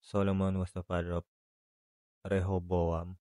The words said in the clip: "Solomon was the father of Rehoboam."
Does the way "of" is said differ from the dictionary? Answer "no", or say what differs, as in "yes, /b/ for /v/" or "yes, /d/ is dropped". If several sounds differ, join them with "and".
yes, /p/ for /v/